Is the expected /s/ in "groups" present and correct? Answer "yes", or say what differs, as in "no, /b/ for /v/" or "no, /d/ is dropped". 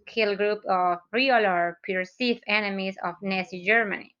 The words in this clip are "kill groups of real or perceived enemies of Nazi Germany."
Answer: no, /s/ is dropped